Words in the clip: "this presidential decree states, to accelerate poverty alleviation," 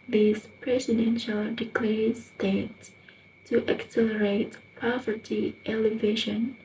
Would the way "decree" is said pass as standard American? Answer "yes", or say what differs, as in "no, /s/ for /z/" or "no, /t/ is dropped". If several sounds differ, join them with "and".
no, /l/ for /ɹ/